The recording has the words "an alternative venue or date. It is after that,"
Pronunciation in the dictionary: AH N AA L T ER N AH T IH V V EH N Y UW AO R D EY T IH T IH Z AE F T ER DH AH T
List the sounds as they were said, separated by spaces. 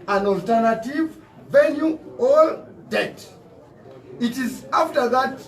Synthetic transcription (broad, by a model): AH N AA L T ER N AH T IH V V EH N Y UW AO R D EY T IH T IH Z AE F T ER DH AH T